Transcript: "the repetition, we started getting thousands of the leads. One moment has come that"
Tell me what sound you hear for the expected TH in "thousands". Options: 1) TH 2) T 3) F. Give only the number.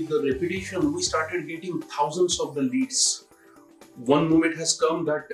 2